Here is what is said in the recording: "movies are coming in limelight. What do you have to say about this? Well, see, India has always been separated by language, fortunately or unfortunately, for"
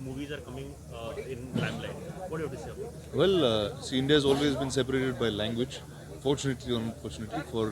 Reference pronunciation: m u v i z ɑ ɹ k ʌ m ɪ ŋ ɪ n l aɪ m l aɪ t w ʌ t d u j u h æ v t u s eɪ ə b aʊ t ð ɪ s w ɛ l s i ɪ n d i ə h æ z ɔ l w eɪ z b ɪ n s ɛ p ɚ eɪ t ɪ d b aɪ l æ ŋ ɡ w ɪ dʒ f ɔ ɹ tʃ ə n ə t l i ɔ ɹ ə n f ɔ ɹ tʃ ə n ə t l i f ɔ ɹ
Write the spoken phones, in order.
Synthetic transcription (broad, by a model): m u v i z ɑ ɹ k ʌ m ɪ ŋ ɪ n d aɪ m l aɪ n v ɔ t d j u t u s eɪ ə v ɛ l s i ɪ n d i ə h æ z ɔ l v eɪ z b ɪ n s ɛ p ɚ eɪ t ɪ d b aɪ l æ ŋ ɡ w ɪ dʒ f ɔ ɹ tʃ ə n ə t l i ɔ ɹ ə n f ɔ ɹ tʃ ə n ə t l i f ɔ ɹ